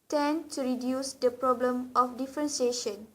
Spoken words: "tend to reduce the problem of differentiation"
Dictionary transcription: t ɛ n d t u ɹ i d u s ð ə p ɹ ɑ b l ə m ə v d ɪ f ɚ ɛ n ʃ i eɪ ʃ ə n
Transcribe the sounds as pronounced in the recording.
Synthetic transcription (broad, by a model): t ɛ n t u ɹ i d u s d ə p ɹ ɑ b l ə m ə f d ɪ f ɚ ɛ n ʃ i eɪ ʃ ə n